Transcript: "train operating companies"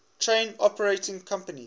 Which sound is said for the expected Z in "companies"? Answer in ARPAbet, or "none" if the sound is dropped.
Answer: none